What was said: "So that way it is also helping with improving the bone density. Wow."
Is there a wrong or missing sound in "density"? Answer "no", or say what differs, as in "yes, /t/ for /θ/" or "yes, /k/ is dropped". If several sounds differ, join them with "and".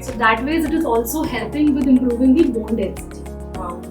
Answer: yes, /n/ is dropped